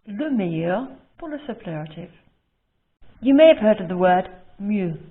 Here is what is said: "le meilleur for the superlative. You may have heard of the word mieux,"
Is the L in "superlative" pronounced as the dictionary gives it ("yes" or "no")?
no